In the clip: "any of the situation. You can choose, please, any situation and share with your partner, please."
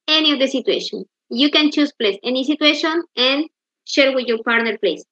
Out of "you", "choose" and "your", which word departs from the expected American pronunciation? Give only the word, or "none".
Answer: choose